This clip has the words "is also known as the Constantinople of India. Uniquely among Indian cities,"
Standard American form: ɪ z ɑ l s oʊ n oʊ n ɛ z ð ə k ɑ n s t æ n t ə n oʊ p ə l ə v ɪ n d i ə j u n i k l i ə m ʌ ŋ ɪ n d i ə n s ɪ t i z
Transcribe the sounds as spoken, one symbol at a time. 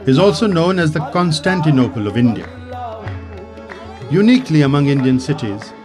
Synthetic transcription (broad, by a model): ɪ z ɑ l s oʊ n oʊ n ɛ z ð ə k ɑ n s t æ n t ə n oʊ p ə l ə v ɪ n d i ə j u n i k l i ə m ʌ ŋ ɪ n d i ə n s ɪ t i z